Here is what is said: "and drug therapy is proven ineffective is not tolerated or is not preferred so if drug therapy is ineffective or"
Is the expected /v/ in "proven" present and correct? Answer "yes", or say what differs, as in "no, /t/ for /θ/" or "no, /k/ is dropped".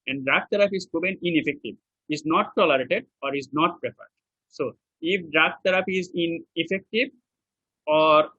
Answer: no, /b/ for /v/